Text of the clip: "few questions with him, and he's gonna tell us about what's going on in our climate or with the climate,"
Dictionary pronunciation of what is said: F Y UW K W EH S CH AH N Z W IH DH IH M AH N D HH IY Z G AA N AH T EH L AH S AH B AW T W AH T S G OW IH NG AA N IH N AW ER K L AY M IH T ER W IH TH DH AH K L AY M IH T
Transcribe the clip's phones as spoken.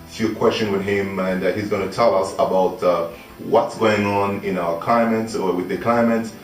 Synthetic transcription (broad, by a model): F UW K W EH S CH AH N W IH DH IH M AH N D HH IY Z G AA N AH T EH L AH S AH B AW T W AH T S G OW IH NG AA N IH N AW ER K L AY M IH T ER W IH DH AH K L AY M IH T